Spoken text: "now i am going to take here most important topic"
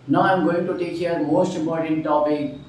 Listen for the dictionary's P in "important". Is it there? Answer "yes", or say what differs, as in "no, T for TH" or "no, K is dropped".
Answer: no, P is dropped